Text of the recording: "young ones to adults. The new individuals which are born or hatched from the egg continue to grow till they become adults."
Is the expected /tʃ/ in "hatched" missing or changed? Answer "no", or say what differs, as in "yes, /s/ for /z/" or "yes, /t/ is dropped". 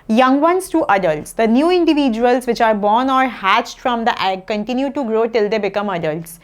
no